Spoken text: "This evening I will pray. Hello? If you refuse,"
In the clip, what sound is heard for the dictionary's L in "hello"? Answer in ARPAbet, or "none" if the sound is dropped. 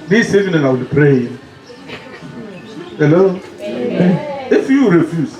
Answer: L